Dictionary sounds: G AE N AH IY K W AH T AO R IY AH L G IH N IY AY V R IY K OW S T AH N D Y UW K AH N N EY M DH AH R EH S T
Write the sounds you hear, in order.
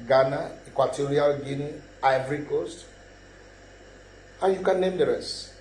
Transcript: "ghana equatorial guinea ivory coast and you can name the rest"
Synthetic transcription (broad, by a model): G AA N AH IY K W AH T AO R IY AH L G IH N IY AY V R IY K OW S T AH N Y UW K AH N N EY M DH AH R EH S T